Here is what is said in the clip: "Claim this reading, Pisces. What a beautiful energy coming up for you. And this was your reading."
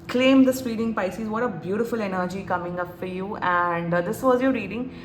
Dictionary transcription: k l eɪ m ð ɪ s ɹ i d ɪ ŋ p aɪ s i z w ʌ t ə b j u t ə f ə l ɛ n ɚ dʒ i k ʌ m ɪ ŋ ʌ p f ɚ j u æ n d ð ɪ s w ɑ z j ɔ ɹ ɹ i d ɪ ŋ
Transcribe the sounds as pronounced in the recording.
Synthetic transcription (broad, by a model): k l eɪ m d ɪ s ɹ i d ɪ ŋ p aɪ s i z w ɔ t ə b j u t ə f ə l ɛ n ɚ dʒ i k ʌ m ɪ ŋ ʌ p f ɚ j u æ n d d ɪ s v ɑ z j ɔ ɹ ɹ i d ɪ ŋ